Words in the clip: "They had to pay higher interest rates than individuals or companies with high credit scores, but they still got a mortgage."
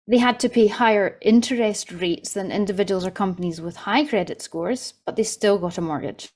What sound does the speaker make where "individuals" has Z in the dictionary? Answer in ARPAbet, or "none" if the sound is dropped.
Z